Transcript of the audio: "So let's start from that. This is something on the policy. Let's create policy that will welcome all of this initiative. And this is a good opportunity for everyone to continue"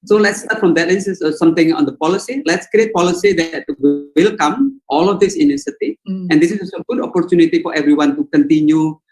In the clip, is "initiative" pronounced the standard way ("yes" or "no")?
no